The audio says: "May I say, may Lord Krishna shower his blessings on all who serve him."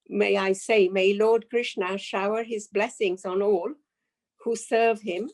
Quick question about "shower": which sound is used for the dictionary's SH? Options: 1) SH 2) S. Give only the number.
1